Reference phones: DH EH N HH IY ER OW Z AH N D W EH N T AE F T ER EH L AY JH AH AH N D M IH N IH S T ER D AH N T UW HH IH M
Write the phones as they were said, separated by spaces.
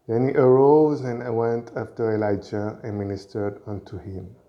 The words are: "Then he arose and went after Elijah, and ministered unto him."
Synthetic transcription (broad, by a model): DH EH N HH IY ER OW Z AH N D W EH N T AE F T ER EH L AY JH AH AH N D M IH N IH S T ER D AH N T UW HH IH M